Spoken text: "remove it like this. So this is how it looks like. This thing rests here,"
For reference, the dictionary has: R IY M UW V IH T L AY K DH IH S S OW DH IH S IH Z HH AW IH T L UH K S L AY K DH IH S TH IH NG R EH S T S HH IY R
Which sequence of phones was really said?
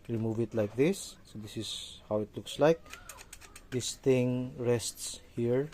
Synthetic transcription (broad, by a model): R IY M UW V IH T L AY K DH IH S S OW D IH S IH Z HH AW IH T L UH K S L AY K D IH S T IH NG R EH S T S HH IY R